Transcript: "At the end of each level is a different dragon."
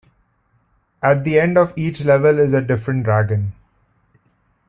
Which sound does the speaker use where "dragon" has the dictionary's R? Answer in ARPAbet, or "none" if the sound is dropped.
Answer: R